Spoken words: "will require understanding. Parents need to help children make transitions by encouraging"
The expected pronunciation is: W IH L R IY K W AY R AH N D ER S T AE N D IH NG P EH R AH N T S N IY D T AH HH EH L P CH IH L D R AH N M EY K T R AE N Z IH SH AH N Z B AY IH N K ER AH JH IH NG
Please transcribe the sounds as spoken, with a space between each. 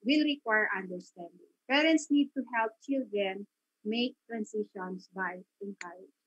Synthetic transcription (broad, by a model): W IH L R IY K W AY R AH N D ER S T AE N D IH NG P EH R AH N T S N IY D T AH HH EH L P CH IH L D R AH N M EY K T R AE N S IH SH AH N S B AY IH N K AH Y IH